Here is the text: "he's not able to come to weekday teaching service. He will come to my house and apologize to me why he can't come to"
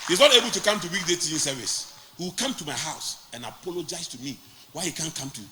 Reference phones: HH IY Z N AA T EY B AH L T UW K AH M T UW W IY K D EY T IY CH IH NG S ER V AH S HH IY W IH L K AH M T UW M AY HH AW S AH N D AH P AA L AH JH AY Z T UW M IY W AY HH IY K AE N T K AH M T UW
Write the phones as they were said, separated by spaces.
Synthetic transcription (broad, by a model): HH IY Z N AA T EY B AH L T UW K AH M T UW W IY K D EY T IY IH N S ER V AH S HH IY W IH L K AH M T UW M AY HH AW S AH N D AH P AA L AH JH AY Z T UW M IY W AY HH IY K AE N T K AH M T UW